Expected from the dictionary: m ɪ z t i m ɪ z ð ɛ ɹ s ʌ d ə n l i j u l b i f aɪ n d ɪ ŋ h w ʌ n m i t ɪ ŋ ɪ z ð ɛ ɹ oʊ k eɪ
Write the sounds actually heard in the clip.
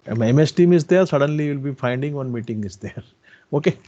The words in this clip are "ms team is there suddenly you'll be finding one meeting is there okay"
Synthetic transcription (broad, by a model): m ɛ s t i m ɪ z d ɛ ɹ s ʌ d ə n l i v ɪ l b i f aɪ n d ɪ ŋ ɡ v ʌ n m i t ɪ ŋ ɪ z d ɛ ɹ oʊ k eɪ